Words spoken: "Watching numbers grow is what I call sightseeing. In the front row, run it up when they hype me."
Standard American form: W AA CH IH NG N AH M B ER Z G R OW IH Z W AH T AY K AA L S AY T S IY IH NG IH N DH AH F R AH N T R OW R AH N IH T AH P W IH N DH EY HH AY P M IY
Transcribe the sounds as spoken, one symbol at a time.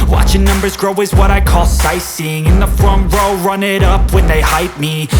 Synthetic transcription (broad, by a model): W AA CH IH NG N AH M B ER Z G R OW IH Z W AH T AY K AA L S AY S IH NG IH N DH AH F R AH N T R OW R AH N IH T AH P W IH N DH EY HH AY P M IY